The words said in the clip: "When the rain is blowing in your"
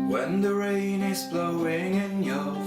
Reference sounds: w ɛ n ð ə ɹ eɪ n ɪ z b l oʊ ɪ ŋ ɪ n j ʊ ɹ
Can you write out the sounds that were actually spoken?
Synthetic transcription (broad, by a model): w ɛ n ð ə ɹ eɪ n ɪ z b l oʊ ɪ ŋ ɪ n j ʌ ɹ